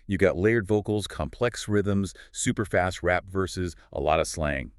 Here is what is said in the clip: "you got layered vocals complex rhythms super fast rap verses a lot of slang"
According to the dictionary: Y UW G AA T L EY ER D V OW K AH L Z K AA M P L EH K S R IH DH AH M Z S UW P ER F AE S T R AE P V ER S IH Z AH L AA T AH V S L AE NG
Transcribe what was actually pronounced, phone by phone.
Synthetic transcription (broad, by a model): Y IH G AA T L EY ER D V OW K L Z K AA M P L EH K S R IH DH AH M Z S UW P ER F AE S T R AE P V ER S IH Z AH L AA T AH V S L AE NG